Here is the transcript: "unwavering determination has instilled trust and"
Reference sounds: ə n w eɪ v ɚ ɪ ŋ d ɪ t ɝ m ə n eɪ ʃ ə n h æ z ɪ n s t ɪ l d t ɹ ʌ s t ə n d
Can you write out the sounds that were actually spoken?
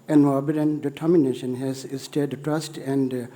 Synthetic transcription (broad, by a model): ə n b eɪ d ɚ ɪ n d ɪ t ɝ m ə n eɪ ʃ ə n h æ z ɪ s t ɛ d t ɹ ʌ s t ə n d